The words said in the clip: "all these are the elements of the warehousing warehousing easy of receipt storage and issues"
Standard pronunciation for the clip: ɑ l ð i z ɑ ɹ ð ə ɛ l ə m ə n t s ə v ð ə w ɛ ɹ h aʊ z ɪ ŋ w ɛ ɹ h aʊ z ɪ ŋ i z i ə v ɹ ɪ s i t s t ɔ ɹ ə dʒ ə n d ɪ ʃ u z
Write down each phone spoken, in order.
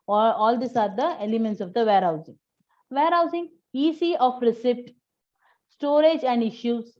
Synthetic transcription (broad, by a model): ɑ l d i s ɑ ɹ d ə ɛ l ə m ə n t s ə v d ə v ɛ ɹ h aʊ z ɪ ŋ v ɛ ɹ h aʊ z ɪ ŋ i s i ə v ɹ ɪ s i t s t ɔ ɹ ə dʒ ə n d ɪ ʃ u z